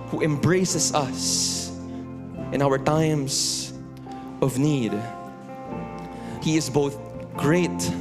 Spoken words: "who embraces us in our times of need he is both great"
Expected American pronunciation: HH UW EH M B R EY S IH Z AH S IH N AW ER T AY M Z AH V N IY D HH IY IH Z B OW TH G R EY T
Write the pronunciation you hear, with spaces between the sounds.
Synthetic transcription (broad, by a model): HH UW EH M B R EY S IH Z AH S IH N AW ER T AY M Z AH V N IY D HH IY IH Z B OW TH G R EY T